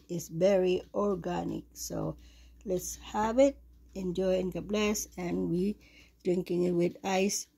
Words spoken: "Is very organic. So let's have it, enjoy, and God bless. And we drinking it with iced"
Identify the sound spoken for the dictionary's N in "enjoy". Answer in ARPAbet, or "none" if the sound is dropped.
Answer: N